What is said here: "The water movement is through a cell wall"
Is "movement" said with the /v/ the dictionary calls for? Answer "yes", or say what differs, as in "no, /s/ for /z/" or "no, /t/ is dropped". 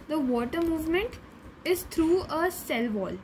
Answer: yes